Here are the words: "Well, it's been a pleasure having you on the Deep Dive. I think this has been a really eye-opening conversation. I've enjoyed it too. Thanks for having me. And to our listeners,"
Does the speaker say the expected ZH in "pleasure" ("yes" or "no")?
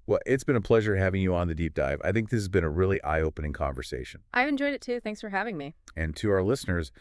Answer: yes